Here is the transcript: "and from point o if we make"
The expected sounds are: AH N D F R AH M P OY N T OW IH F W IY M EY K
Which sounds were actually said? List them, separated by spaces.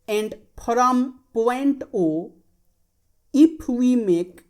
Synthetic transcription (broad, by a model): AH N D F R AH M P OY N T OW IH P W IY M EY K